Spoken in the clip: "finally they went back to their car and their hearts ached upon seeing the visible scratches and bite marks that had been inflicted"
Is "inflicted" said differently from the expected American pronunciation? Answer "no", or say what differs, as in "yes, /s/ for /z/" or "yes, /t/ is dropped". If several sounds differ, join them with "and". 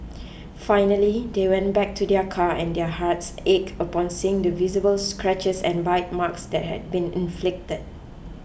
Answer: no